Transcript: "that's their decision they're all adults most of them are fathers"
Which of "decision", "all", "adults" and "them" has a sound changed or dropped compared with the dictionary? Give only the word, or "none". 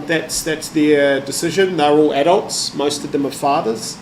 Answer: none